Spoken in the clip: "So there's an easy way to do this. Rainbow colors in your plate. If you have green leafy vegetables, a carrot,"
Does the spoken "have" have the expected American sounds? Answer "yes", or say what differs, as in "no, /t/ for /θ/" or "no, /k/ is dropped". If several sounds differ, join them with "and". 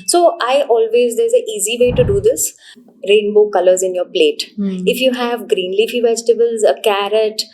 yes